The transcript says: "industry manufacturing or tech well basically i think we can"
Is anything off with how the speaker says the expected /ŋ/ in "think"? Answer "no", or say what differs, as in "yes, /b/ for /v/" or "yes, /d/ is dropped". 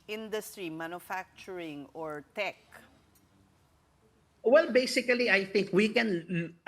no